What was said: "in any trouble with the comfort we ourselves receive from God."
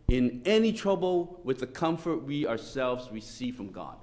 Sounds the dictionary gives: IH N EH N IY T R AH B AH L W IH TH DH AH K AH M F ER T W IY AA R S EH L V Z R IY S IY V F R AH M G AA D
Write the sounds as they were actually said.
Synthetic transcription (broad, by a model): IH N EH N IY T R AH B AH L W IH DH AH K AH M F ER T W IY AA R S EH L V Z R IY S IY V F R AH M G AA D